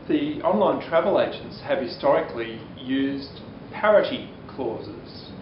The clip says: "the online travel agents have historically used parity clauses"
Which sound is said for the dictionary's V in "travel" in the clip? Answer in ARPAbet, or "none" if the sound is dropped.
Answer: V